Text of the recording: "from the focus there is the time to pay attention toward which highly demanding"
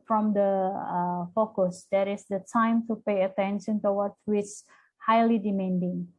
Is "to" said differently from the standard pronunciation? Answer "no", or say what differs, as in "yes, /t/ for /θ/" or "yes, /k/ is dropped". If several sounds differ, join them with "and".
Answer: no